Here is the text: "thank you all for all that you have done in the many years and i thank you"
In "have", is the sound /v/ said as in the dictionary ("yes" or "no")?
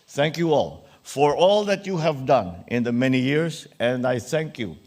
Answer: yes